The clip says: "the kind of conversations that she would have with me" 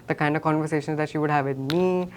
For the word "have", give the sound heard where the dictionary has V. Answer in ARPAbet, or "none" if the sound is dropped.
V